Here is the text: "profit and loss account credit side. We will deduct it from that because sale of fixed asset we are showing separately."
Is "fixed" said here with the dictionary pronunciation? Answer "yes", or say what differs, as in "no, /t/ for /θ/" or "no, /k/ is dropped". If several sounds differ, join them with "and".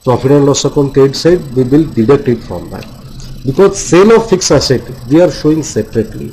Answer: no, /t/ is dropped